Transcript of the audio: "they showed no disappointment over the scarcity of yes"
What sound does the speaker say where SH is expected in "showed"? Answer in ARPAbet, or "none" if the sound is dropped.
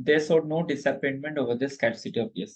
S